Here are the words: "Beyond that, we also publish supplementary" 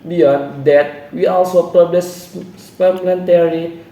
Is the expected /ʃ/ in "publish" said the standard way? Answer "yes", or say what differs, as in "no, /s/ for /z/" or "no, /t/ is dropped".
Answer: no, /s/ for /ʃ/